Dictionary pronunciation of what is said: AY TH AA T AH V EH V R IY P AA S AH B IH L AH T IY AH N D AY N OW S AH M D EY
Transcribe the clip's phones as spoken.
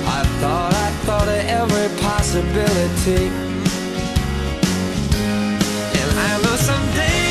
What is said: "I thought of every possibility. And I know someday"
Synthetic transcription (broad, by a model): AY TH AA T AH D EH V R IY P AA S AH B IH L AH T IY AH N AY L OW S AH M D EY